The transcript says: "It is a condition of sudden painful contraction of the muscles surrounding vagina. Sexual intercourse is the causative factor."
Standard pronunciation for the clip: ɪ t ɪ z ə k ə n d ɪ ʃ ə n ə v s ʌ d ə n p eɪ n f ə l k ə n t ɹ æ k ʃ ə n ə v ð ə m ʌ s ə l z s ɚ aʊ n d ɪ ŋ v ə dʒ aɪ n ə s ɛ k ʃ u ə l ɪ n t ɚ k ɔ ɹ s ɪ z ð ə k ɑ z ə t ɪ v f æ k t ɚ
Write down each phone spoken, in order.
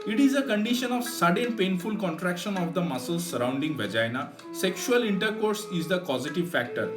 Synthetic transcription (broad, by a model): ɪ t ɪ z ə k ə n d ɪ ʃ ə n ə v s ʌ d ə n p eɪ n f ə l k ə n t ɹ æ k ʃ ə n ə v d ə m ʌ s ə l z s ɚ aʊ n d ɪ ŋ v ə dʒ aɪ n ə s ɛ k ʃ u ə l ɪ n t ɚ k ɔ ɹ s ɪ z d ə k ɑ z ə t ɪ v f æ k t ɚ